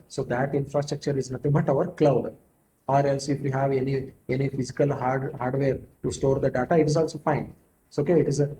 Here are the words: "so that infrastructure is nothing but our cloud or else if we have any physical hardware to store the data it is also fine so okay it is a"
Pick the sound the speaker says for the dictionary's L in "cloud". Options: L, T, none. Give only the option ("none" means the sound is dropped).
L